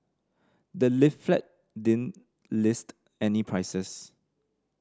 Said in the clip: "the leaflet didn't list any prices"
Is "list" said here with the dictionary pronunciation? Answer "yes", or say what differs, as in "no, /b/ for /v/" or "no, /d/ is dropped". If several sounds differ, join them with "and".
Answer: yes